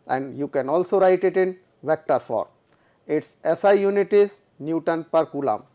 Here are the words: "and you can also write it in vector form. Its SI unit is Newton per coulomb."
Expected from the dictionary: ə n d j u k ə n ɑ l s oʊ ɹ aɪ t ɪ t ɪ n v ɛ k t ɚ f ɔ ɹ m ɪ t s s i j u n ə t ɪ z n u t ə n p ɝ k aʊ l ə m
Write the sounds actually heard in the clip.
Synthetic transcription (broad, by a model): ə n d j u k ə n ɑ l s oʊ ɹ aɪ t ɪ t ɪ n v ɛ k t ɚ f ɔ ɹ ɪ t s s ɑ j u n ə t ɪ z n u t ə n p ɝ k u l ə m